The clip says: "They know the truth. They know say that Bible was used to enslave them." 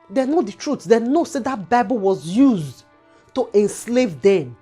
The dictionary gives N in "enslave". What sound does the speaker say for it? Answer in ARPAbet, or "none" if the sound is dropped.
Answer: N